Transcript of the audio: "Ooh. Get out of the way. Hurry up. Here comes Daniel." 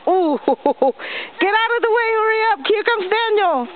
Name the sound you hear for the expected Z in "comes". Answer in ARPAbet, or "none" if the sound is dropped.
S